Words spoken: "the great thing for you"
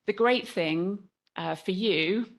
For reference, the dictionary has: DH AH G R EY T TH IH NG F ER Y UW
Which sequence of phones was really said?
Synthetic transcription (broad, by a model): DH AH G R EY T TH IH NG F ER Y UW